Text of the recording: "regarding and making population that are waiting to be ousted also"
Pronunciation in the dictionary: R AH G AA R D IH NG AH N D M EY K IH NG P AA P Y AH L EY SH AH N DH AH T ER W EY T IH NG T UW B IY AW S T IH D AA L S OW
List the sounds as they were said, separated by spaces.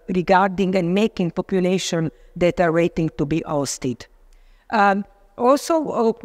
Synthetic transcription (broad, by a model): R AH G AA R D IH NG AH N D M EY K IH NG P AA P Y AH L EY SH AH N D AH T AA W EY T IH NG T UW B IY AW S T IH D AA L S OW